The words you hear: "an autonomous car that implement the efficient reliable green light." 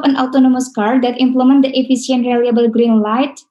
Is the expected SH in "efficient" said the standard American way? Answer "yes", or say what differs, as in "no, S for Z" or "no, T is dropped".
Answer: no, S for SH